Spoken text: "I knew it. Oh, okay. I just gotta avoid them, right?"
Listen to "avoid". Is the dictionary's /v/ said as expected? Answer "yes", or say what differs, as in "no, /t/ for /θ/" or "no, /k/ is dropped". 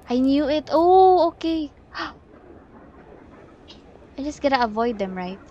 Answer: yes